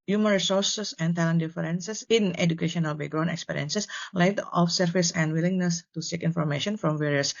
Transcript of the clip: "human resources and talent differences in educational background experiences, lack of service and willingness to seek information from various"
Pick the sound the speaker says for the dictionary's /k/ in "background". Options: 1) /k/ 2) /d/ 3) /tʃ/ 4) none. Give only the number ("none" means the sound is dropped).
4